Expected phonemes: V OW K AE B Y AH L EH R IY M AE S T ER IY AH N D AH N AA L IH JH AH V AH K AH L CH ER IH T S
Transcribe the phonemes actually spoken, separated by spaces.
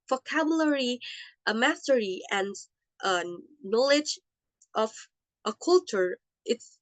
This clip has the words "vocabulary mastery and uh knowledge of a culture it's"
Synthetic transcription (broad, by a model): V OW K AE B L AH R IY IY M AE S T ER IY AH N D AH N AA L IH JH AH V AH K AH L CH ER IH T S